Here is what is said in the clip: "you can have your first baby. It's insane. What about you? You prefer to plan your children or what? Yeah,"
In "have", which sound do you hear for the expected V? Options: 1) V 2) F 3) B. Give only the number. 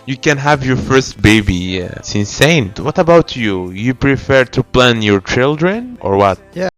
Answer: 1